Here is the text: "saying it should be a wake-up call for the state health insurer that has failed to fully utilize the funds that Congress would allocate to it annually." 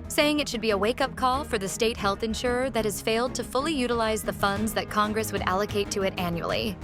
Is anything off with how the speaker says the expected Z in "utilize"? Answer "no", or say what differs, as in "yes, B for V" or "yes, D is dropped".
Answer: no